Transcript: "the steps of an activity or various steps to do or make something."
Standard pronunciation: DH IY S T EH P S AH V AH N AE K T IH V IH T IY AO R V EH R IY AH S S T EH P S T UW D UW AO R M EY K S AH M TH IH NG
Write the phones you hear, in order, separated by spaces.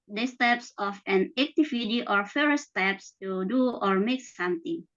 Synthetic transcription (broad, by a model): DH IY S T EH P S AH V AH N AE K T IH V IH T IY AO R F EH R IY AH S S T EH P S T UW D UW AO R M EY K S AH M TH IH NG